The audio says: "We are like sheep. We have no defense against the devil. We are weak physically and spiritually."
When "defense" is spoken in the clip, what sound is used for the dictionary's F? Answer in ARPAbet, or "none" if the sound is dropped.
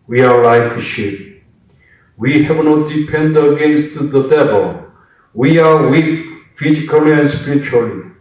P